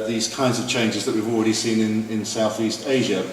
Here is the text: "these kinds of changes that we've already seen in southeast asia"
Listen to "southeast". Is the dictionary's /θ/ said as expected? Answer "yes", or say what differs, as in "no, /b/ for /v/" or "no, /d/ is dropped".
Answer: yes